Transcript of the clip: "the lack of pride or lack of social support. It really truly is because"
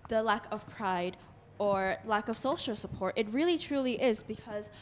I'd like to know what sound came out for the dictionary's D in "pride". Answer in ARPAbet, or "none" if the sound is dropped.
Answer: D